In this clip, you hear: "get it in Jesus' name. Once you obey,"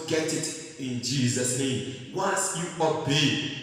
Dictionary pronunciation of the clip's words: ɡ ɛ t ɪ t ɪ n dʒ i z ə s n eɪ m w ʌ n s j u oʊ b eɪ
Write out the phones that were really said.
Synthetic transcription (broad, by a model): ɡ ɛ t ɪ t ɪ n dʒ i z ə s n eɪ m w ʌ s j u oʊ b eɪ